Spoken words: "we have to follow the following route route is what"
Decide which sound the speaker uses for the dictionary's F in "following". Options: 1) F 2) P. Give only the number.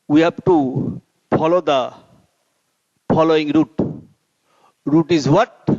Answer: 2